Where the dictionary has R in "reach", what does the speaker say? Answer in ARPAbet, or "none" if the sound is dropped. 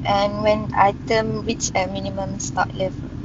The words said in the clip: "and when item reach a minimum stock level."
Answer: W